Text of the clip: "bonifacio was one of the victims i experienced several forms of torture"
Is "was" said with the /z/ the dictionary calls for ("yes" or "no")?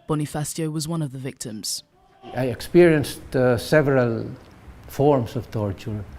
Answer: yes